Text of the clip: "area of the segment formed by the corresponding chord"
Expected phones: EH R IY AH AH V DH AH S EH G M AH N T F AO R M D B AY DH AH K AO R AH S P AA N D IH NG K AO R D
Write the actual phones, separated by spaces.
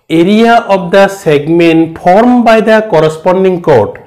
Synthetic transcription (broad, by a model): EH R IY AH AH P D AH S EH G M AH N T P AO R M B AY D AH K AO R AH S P AA N D IH NG K AO R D